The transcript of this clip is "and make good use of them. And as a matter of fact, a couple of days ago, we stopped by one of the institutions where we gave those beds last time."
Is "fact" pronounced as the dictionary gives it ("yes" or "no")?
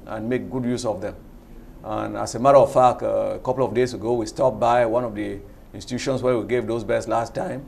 no